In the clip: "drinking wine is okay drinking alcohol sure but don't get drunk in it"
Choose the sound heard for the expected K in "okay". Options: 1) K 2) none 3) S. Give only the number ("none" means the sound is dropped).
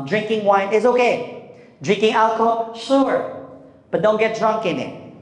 1